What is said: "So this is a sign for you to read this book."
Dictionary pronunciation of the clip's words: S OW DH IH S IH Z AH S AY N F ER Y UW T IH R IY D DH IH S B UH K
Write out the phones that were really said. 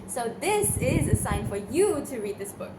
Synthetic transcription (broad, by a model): S OW DH IH S IH Z AH S AY N F ER Y UW T IH R IY D DH IH S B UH K